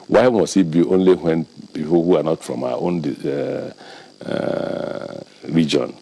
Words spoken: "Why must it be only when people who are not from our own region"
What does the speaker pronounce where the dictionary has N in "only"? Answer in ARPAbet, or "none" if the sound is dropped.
N